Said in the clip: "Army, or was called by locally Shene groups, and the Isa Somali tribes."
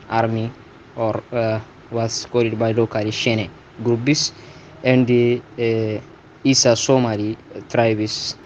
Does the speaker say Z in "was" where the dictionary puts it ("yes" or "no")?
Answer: no